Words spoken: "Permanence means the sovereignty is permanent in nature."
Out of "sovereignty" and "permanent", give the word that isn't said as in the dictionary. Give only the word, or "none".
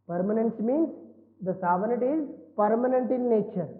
sovereignty